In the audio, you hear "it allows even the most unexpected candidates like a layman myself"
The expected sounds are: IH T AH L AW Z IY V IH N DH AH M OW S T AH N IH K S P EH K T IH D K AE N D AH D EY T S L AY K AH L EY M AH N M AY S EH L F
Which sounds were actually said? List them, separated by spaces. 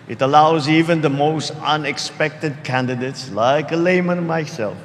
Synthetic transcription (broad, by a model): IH T AH L AW Z IY V IH N DH AH M OW S T AH N IH K S P EH K T IH D K AE N D AH D EY T S L AY K AH L EY M AH N M AY S EH L F